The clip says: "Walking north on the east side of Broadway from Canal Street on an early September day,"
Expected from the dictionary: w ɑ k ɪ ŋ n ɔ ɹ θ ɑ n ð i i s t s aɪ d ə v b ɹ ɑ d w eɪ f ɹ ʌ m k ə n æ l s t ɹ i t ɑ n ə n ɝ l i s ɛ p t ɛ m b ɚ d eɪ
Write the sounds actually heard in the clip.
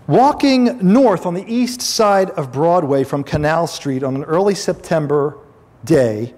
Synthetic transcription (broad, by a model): w ɑ k ɪ ŋ n ɔ ɹ θ n ð i i s t s aɪ d ə v b ɹ ɑ d w eɪ f ɹ ʌ m k ə n æ l s t ɹ i t n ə n ɝ l i s ɛ p t ɛ m b ɚ d eɪ